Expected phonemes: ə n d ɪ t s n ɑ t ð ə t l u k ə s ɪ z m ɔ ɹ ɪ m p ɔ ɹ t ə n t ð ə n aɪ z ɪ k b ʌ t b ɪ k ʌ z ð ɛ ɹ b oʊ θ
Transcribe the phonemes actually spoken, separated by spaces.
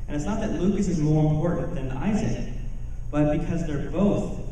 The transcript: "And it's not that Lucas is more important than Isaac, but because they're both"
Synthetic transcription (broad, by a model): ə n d ɪ t s n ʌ t ð ə t l u k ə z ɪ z m ɔ ɹ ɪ m p ɔ ɹ t n ð ə n aɪ z ɪ k b ʌ t b ɪ k ʌ z ð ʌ ɹ b oʊ θ